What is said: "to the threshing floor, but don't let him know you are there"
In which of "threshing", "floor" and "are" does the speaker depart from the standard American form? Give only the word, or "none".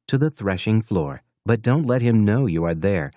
none